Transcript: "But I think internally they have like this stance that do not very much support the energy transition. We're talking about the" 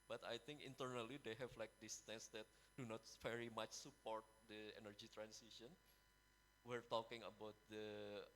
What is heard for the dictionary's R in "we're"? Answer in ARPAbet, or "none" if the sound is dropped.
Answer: R